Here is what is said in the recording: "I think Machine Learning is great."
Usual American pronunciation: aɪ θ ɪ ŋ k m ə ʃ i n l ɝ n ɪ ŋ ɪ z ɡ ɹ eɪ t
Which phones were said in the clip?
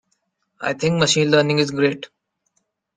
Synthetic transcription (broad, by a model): aɪ t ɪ ŋ k m ə ʃ i n l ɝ n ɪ ŋ ɪ z ɡ ɹ eɪ t